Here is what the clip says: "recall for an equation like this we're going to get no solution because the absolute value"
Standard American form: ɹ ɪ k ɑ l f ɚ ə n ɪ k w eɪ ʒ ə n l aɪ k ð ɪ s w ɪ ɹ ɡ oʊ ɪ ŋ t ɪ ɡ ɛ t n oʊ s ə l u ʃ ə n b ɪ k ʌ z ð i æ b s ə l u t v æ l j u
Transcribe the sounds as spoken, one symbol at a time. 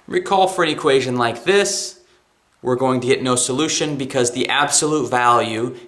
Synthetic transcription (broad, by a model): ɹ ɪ k ɑ l f ɚ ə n ɪ k w eɪ ʒ ə n l aɪ k ð ɪ s w ɪ ɹ ɡ oʊ ɪ ŋ t ɪ ɡ ɛ t n oʊ s ə l u ʃ ə n b ɪ k ʌ z ð i æ b s ə l u t v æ l j u